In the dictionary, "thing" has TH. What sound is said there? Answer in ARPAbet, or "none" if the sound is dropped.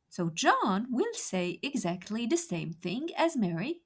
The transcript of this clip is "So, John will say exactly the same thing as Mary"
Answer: TH